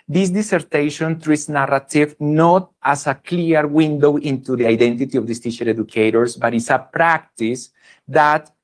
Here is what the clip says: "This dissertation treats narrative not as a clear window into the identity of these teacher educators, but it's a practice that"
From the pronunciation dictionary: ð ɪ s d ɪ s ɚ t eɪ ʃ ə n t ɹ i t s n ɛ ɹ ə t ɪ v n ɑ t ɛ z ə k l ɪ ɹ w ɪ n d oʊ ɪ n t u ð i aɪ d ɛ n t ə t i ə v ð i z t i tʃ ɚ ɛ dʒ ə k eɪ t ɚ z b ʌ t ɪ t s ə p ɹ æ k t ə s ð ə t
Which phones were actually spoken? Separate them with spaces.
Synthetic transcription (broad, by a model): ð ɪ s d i s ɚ t eɪ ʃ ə n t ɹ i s n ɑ ɹ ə t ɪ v n ɑ t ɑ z ə k l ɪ ɹ w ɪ n d oʊ ɪ n t u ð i aɪ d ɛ n t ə t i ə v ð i s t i ʃ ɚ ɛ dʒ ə k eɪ t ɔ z b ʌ t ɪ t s ə p ɹ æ k t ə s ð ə t